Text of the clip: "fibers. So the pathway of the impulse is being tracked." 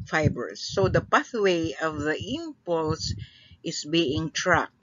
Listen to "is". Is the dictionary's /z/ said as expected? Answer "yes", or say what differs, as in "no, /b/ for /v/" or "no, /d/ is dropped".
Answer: no, /s/ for /z/